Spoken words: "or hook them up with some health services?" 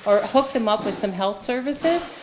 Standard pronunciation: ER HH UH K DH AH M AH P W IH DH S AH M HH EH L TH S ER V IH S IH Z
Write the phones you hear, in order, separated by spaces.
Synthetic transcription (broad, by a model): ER HH UH K DH AH M AH P W IH DH S AH M HH EH L TH S ER V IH S IH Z